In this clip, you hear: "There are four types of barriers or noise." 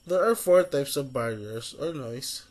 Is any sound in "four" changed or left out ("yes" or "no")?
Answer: no